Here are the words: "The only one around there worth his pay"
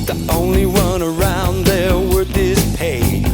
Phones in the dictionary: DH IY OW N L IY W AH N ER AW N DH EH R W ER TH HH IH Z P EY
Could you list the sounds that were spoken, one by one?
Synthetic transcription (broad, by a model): DH IY OW N L IY W AH N ER AW N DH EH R W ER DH IH S P EY